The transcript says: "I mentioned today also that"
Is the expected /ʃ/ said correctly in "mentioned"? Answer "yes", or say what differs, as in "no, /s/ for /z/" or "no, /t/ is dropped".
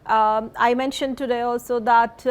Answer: yes